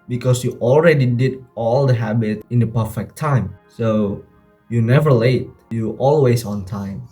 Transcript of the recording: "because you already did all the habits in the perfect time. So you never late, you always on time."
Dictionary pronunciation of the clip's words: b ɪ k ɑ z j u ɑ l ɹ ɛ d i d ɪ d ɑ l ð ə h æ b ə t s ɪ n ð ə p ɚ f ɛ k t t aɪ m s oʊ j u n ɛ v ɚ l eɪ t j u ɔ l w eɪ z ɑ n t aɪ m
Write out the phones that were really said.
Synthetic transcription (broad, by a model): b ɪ k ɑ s j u ɑ l ɹ ɛ d i d ɪ d ɑ l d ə h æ b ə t ɪ n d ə p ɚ f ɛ k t t aɪ m s oʊ j u n ɛ v ɚ l eɪ t j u ɔ l w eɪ s ɑ n t aɪ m